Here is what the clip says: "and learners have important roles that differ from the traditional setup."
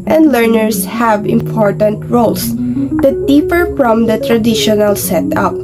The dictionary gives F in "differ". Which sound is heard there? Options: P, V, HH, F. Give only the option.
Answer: P